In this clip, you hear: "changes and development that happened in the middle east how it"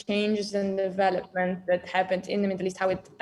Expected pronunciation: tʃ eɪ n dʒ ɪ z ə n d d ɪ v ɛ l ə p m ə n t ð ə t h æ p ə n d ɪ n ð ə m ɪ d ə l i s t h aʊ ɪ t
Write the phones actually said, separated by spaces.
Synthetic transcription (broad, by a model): tʃ eɪ n dʒ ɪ z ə n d d ɪ v ɛ l ə p m ə n t ð ə t h æ p ə n d ɪ n ð ə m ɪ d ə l i s t h aʊ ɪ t